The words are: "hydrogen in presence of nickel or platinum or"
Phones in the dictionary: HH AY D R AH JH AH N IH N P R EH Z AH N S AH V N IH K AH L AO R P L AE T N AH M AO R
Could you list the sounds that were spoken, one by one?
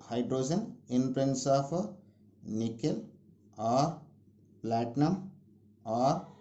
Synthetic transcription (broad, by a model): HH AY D R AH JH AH N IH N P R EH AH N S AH P N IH K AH L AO R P L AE T N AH M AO R